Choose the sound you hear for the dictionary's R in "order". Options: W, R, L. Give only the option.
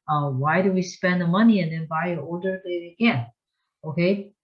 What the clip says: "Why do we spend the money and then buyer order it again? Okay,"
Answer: L